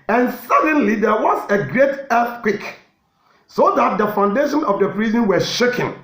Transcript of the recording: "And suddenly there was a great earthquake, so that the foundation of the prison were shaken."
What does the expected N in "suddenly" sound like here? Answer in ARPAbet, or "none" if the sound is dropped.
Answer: N